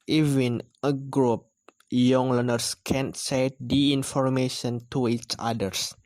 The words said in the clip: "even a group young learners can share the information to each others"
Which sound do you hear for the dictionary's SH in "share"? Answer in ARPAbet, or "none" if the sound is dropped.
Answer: S